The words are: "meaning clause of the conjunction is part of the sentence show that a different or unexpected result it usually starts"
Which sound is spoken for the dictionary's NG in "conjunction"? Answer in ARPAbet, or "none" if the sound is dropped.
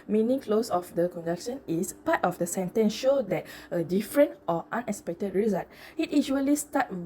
none